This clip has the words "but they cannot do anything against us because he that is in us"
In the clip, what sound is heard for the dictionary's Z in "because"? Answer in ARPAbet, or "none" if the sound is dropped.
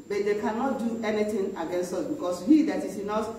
S